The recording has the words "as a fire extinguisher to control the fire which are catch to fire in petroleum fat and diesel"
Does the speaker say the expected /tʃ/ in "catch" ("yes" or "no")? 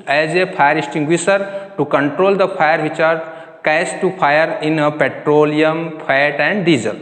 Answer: no